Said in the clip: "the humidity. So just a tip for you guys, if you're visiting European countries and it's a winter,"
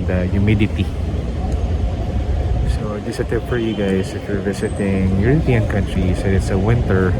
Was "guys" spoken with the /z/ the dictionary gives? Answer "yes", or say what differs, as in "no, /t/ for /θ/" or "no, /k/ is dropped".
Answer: no, /s/ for /z/